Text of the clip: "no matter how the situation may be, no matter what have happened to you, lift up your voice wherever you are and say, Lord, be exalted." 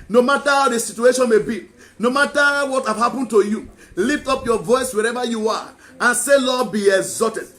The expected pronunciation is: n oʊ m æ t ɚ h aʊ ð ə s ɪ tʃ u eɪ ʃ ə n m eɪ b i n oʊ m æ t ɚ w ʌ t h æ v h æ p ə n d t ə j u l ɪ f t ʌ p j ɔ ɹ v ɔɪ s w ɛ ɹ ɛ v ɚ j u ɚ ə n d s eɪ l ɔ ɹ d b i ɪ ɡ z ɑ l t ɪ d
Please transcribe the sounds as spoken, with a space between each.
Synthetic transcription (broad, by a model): n oʊ m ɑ t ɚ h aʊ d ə s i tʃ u eɪ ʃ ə n m eɪ b i n oʊ m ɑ t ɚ w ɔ t h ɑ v h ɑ p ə n t ə j u l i f t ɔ p j ɔ v ɔɪ s w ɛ ɹ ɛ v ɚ j u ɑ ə n s eɪ l ɔ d b i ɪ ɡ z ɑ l t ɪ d